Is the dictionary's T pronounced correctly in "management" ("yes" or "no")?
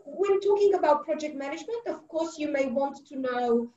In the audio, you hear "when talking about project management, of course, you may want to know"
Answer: yes